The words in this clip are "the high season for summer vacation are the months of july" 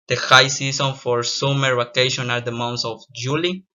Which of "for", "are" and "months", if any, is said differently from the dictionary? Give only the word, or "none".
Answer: months